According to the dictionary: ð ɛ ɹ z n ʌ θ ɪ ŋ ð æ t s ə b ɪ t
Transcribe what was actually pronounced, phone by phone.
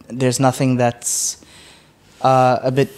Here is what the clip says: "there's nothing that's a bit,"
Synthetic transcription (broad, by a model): ð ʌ ɹ z n ʌ θ ɪ ŋ ð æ t s ə b ɪ t